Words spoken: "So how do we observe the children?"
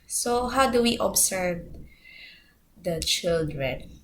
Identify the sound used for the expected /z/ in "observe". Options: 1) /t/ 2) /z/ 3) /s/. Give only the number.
3